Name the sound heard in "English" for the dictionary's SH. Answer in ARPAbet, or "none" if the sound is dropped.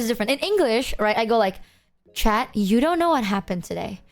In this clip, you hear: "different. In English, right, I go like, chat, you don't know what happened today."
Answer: SH